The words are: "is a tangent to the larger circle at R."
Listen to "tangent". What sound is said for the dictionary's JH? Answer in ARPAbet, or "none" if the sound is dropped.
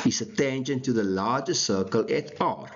SH